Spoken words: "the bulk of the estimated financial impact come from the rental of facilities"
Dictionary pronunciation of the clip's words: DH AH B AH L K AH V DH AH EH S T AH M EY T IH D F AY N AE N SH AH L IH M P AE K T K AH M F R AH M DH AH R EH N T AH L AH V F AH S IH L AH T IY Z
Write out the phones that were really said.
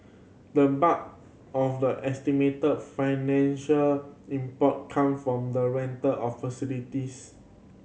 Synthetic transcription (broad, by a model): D AH B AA K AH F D AH EH S T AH M EY T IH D F AY N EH N SH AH L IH M P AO T K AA M F R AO M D AH R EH N T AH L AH F F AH S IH L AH T IY S